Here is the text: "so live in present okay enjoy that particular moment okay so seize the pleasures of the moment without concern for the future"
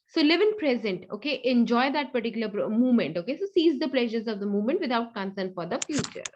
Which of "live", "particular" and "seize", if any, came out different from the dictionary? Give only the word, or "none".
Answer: none